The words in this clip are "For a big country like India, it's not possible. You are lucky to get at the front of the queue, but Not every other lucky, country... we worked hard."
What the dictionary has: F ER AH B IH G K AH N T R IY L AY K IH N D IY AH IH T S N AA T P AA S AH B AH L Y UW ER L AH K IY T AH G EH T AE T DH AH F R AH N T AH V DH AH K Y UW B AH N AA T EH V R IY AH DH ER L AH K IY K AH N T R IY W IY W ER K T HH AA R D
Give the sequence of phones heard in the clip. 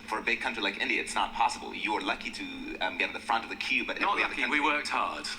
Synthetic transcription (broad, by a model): F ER AH B IH G K AH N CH R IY L AY K IH N D IY AH IH T S N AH T P AA S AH B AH L Y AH ER L AH K IY T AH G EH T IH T DH AH F R AH N T AH V DH AH K Y UW B AH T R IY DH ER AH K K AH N W IY W ER K T HH AA R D